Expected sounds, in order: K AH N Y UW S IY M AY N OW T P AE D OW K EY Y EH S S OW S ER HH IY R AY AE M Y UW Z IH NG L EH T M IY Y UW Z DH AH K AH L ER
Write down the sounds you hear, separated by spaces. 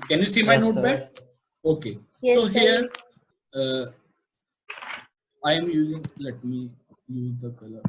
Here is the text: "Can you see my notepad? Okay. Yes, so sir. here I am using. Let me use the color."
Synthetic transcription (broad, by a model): K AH N Y UW S IY M AY N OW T B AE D OW K EY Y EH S S OW HH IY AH AY M Y UW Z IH NG L EH T M IY Y UW Z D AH K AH L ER